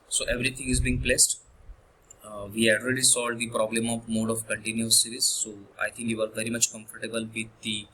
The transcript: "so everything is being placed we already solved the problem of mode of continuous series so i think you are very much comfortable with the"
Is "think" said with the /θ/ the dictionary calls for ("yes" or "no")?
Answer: no